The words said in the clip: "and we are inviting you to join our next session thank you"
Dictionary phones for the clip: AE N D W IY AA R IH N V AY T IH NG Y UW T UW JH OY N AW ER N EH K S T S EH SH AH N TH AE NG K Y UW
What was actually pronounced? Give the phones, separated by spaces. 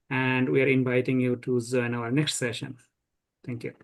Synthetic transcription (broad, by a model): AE N D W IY AA R IH N V AY T IH NG Y UW T UW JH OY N AW ER N EH K S T S EH SH AH N T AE NG K Y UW